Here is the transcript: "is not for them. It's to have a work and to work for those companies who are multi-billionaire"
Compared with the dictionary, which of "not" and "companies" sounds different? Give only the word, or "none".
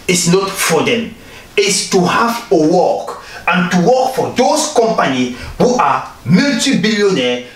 companies